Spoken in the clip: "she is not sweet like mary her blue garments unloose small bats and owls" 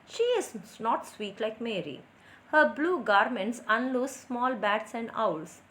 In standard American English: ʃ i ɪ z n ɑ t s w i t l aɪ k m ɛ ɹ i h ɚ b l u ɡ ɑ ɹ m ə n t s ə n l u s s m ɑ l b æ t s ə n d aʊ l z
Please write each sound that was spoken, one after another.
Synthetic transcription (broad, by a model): ʃ i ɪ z n ɑ t s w i t l aɪ k m ɛ ɹ i h ɚ b l u ɡ ɑ ɹ m ə n t s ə n l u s s m ɑ l b æ t s ə n d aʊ l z